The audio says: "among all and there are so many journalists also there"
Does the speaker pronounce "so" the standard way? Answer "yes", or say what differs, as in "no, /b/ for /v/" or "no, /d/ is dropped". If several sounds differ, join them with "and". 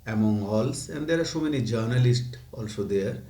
no, /ʃ/ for /s/